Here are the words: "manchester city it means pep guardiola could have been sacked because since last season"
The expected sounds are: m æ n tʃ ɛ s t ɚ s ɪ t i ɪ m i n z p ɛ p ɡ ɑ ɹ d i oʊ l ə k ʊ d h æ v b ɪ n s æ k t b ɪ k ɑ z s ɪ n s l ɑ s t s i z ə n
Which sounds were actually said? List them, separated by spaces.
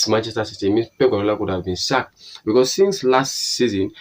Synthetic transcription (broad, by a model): m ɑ n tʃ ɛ s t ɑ s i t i m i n p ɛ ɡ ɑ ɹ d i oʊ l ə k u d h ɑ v b ɪ n s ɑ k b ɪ k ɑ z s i n s l ɑ s t s i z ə n